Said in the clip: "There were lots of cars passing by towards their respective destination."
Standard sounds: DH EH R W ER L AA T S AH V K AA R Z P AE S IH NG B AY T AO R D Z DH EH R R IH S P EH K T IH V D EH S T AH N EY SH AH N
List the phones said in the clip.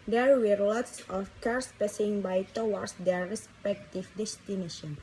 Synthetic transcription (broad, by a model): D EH R W ER L AA T S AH F K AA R S P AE S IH NG B AY T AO W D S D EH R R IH S P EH K T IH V D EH S T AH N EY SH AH N